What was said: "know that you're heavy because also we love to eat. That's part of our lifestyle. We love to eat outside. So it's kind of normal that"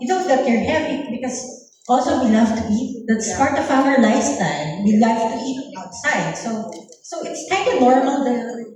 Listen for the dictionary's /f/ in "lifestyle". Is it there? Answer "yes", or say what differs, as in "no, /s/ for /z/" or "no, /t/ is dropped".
no, /f/ is dropped